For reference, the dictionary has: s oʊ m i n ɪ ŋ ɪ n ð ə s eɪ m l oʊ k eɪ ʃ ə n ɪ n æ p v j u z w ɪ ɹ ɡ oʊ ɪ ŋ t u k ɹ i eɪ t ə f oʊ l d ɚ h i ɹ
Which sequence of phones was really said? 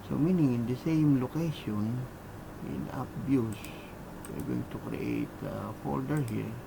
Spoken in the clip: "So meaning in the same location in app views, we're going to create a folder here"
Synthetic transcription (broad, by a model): s oʊ m i n ɪ ŋ ɪ n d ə s eɪ m l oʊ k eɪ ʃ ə n ɪ n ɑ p b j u s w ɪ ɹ ɡ oʊ ɪ ŋ t u k ɹ i eɪ t ə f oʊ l d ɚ h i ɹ